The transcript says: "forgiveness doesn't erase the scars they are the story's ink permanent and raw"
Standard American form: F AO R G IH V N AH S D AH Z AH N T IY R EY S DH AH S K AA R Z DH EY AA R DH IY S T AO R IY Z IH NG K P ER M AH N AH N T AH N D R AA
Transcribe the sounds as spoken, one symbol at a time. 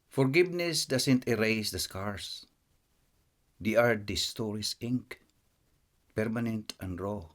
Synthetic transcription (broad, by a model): F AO R G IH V N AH S D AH S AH N T IY R EY S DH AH S K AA R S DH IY AA R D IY S T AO R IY S IH NG K P ER M AH N AH N T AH N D R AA